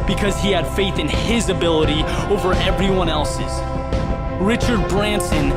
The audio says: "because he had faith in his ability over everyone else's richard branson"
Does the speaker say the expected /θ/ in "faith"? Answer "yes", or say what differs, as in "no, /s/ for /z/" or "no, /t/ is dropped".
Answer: yes